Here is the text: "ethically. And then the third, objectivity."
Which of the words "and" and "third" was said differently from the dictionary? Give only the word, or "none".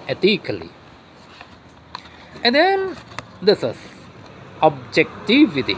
third